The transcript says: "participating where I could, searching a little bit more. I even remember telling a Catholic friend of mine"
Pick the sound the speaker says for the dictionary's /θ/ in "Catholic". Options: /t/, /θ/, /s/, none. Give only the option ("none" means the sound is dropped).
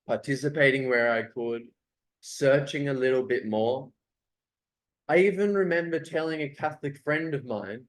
/θ/